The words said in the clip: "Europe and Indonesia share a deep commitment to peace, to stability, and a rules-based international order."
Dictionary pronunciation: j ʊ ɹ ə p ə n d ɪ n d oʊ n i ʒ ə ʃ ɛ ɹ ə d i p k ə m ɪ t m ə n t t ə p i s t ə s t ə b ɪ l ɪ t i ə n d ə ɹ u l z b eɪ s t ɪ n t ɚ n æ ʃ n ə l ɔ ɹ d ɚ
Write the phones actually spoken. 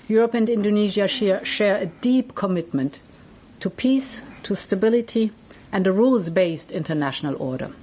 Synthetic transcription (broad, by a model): j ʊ ɹ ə p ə n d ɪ n d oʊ n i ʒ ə ʃ ɛ ɹ ə d i p k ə m ɪ t m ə n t t ə p i s t ə s t ə b ɪ l ɪ t i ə n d ə ɹ u l z b eɪ s t ɪ n t ɚ n æ ʃ n ə l ɔ ɹ d ɚ